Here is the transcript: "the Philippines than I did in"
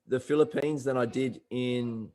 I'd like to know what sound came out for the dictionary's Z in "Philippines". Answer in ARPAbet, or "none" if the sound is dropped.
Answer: Z